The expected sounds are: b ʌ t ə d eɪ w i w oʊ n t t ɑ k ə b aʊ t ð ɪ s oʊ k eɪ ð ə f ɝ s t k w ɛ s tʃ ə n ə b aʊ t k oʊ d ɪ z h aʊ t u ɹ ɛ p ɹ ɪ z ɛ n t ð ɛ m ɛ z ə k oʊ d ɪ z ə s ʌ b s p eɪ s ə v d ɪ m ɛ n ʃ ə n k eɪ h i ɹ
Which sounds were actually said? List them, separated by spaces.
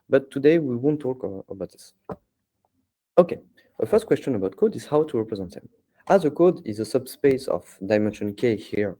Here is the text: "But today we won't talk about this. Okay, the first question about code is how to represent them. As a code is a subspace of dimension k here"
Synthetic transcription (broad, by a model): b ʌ t ə d eɪ w i w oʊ n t t ɑ k ə b aʊ t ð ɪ s oʊ k eɪ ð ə f ɝ s t k w ɛ s tʃ ə n ə b aʊ t k oʊ d ɪ z h aʊ t u ɹ ɛ p ɹ ɪ z ɛ n t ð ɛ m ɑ z ə k oʊ d ɪ z ə s ʌ b s p eɪ s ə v d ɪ m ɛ n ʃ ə n k eɪ h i ɹ